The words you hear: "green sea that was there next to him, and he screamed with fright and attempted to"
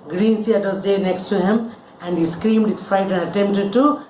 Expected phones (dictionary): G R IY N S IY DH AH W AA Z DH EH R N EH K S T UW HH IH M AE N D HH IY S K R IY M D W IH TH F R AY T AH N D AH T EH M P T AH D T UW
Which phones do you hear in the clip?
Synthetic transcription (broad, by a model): G R IY N S IY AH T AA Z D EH N EH K S T UW HH IH M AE N D HH IY S K R IY M D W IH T F AY T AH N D AH T EH M P T AH D T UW